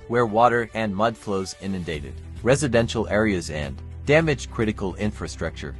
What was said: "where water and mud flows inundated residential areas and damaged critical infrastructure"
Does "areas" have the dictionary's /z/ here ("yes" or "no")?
yes